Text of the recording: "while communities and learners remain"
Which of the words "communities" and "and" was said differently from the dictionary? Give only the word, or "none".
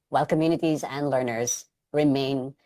none